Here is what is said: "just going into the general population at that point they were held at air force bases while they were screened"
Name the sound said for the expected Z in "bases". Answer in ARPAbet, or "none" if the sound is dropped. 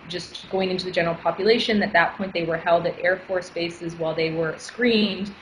Z